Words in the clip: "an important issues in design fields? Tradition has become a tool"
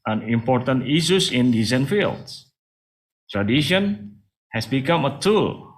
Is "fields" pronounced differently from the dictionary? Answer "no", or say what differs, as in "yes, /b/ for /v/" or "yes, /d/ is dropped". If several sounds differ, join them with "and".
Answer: yes, /z/ is dropped